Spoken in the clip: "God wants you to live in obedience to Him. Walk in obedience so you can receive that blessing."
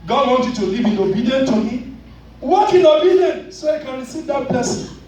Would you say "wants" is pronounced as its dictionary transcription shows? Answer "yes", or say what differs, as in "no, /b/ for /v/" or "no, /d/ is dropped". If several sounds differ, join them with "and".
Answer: no, /s/ is dropped